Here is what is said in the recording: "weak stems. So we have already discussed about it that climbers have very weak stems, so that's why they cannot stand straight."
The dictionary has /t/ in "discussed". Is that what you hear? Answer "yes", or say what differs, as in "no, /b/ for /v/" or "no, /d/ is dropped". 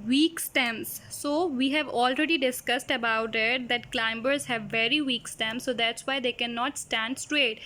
yes